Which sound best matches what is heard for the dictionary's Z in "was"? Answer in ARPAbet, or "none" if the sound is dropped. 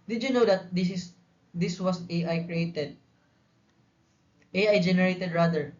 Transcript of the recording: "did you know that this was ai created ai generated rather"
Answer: S